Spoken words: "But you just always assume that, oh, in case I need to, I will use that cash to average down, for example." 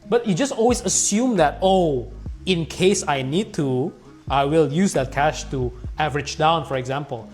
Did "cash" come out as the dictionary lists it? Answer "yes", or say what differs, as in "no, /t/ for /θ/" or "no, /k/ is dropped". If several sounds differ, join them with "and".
yes